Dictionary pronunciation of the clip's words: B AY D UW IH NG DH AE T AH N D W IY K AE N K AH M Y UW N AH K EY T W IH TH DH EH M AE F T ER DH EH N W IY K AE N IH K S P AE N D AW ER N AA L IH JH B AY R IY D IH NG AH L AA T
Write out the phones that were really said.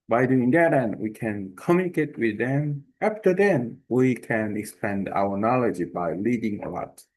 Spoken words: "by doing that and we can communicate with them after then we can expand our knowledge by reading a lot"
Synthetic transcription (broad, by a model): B AY D UW IH NG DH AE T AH N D W IY K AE N K AH M Y UW N AH K EY T W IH DH EH M AE F T ER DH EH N W IY K AE N IH K S P AE N D AW ER N AA L IH JH B AY L IY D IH NG AH L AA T